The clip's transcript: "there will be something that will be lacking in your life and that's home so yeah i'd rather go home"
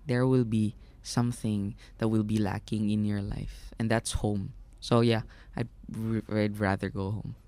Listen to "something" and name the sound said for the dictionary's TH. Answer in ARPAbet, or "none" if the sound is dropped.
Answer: TH